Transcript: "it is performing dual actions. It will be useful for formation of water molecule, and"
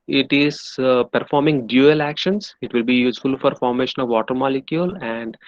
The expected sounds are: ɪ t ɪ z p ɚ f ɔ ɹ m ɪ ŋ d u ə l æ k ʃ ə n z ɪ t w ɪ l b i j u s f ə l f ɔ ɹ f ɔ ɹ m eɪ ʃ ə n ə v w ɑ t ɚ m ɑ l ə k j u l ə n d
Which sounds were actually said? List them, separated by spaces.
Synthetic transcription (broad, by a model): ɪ t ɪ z p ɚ f ɔ ɹ m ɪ ŋ d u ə l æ k ʃ ə n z ɪ t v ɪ l b i j u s f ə l f ɔ ɹ f ɔ ɹ m eɪ ʃ ə n ə v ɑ t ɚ m ɑ l ə k j u l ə n d